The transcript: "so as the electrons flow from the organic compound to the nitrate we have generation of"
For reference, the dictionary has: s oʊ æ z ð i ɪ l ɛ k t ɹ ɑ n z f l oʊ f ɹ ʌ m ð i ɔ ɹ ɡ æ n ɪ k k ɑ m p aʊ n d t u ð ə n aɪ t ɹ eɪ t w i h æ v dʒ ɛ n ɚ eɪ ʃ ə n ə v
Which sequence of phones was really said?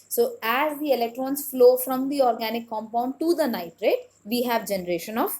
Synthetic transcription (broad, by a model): s oʊ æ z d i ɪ l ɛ k t ɹ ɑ n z f l oʊ f ɹ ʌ m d i ɔ ɹ ɡ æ n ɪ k k ɑ m p aʊ n d t u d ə n aɪ t ɹ eɪ t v i h æ v dʒ ɛ n ɚ eɪ ʃ ə n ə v